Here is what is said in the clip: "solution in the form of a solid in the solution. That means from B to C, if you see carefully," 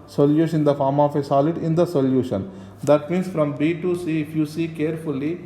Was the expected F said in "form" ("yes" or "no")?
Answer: yes